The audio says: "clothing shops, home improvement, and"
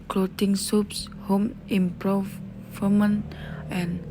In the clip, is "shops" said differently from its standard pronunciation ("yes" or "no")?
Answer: yes